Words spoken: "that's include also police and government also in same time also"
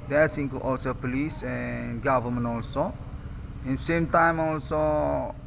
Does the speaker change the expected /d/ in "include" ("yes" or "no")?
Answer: yes